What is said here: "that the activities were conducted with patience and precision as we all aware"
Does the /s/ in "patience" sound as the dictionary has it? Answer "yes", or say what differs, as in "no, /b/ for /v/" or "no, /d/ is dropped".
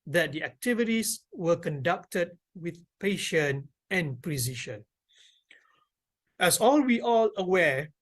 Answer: no, /s/ is dropped